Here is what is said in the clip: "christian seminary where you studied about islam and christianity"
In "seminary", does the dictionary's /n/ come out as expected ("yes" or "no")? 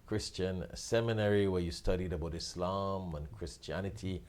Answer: yes